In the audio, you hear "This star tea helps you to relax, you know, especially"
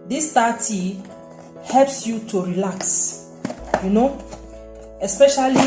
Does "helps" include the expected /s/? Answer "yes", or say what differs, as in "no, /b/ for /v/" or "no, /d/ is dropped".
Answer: yes